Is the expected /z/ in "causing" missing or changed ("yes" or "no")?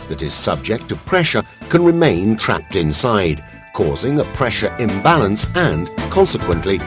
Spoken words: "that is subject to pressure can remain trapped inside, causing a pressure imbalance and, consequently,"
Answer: no